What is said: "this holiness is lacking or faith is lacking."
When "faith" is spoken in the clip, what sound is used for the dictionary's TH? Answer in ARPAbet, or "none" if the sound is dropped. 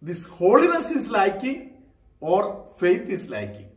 T